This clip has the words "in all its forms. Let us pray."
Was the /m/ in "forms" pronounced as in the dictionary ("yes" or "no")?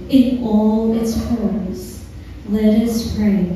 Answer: no